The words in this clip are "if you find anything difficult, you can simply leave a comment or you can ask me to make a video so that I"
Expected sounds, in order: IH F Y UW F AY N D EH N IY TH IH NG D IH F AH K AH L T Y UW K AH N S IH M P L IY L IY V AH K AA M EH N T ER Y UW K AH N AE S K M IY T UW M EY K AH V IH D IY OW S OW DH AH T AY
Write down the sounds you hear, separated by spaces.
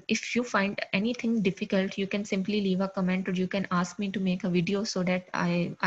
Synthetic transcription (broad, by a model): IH F Y UW F AY N D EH N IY T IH NG D IH F AH K AH L T Y UW K AH N S IH M P L IY L IY V AH K AA M EH N T ER Y UW K AH N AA S K M IY T UW M EY K AH V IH D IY OW S OW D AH T AY